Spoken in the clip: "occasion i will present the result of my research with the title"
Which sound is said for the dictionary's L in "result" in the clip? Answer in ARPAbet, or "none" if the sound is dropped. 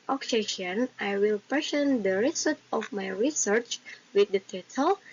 none